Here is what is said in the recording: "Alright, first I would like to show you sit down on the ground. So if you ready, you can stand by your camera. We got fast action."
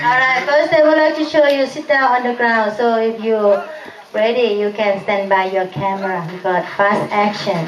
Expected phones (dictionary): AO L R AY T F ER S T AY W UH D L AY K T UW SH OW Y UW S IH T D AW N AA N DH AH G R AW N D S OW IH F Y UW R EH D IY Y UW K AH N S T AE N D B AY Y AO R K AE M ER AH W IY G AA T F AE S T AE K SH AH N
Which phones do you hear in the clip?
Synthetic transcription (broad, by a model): AO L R AY T F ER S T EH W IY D L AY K T UW SH OW Y UW S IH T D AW AA N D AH G R AW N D S OW IH F Y UW R EH D IY Y UW K AH N S T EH N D B AY Y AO K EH M ER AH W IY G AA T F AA S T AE K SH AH N